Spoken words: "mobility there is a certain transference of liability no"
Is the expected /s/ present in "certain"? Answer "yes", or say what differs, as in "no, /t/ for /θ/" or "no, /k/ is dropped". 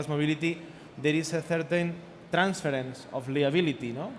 no, /θ/ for /s/